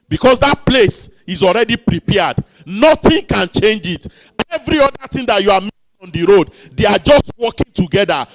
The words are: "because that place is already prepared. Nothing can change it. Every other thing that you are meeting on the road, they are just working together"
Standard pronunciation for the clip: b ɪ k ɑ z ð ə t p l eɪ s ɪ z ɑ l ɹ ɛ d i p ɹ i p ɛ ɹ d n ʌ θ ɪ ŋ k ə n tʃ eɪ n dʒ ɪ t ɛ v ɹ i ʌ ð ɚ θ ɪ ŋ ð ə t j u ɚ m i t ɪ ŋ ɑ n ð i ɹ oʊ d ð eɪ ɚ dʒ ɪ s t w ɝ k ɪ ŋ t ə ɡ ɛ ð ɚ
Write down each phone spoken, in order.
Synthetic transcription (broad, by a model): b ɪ k ɑ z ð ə t p l eɪ s ɪ z ɑ l ɹ ɛ d i p ɹ i p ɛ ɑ d n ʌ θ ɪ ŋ k ə n tʃ eɪ n dʒ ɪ t ɛ v ɹ i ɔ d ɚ t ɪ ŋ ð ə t j u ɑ m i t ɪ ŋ ɑ n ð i ɹ oʊ d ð eɪ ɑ dʒ ɪ s t w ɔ k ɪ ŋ t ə ɡ ɛ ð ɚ